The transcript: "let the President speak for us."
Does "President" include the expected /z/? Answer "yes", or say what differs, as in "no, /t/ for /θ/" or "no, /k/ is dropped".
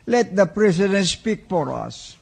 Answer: no, /s/ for /z/